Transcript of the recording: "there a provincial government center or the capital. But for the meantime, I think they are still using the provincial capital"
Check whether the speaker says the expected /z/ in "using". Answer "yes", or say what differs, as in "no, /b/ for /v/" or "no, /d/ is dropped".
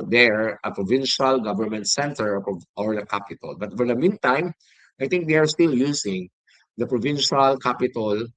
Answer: no, /s/ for /z/